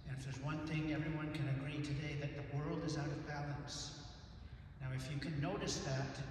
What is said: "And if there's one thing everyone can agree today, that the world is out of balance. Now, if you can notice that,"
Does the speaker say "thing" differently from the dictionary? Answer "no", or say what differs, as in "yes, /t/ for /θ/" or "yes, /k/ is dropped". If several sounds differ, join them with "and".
no